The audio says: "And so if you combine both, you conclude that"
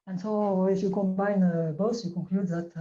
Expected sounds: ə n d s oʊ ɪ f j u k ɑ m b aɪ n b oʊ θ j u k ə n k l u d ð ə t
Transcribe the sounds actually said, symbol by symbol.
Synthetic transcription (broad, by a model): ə n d s oʊ ɪ f j u k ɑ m b aɪ n b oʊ s j u k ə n k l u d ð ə t